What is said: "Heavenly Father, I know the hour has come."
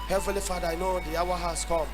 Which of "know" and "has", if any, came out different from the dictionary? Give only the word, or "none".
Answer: has